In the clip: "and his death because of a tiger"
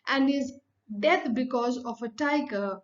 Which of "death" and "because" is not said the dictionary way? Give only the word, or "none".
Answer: death